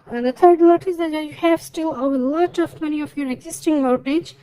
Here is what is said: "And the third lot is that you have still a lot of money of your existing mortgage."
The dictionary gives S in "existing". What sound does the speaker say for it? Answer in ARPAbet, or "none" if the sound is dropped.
S